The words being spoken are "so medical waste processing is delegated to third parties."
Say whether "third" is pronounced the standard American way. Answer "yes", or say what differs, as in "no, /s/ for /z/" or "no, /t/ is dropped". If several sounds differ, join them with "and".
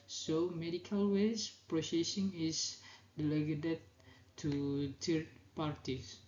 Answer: no, /t/ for /θ/